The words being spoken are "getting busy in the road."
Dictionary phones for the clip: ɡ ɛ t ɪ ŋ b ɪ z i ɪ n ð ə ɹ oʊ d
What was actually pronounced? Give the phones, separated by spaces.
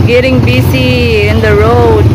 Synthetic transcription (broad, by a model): ɡ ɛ t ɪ ŋ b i s i ɪ n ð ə ɹ oʊ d